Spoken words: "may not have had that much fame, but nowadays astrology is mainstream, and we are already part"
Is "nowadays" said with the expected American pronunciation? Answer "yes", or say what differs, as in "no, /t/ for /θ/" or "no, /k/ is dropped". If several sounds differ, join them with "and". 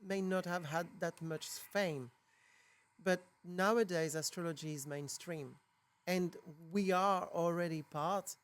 yes